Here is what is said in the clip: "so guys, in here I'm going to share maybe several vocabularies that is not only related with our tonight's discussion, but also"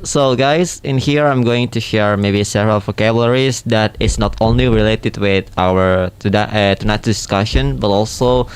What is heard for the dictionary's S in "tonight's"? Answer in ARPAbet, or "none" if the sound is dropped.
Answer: none